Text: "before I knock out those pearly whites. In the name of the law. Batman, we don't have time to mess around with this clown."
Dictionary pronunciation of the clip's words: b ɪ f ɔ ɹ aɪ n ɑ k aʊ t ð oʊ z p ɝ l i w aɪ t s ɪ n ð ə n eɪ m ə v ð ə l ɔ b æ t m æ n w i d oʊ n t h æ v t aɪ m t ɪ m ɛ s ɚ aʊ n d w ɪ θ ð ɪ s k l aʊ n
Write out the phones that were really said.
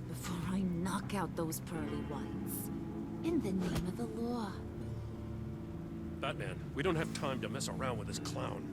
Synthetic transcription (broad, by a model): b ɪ f ɔ ɹ aɪ n ɑ k aʊ t ð oʊ z p ɝ l i w aɪ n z ɪ n ð ə n eɪ m ə v ð ə l ɔ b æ t m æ n w i d oʊ n t h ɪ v t aɪ m t ɪ m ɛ s ɚ aʊ n d w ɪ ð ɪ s k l aʊ n